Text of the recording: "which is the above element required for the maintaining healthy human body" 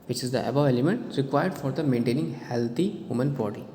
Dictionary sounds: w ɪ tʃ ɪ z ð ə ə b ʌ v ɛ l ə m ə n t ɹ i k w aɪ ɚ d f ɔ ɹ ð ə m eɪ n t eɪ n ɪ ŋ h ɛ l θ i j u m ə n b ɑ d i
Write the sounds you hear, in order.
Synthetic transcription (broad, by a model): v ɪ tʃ ɪ z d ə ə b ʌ ɛ l ə m ə n t ɹ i k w aɪ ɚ d f ɔ ɹ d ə m eɪ n t eɪ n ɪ ŋ h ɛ l t i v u m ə n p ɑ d i